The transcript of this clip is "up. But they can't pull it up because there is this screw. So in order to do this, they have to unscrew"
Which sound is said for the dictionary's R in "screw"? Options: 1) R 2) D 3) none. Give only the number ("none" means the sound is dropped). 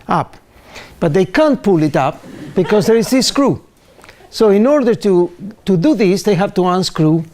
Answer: 1